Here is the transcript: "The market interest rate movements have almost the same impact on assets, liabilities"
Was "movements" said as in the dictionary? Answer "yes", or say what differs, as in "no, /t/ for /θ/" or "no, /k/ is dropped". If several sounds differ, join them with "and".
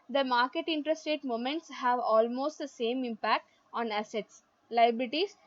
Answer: no, /v/ is dropped